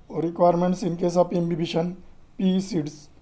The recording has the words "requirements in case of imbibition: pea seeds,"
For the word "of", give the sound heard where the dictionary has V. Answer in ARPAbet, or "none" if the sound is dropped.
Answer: P